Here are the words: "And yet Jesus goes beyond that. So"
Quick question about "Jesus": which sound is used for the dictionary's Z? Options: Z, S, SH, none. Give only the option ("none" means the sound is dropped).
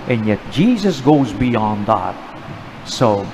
Z